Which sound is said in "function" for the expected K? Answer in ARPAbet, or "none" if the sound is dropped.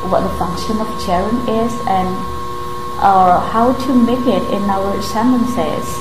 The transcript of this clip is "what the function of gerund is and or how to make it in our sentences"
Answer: K